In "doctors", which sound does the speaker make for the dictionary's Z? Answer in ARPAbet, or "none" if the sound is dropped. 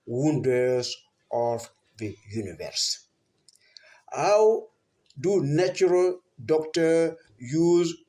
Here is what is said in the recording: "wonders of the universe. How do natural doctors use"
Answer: none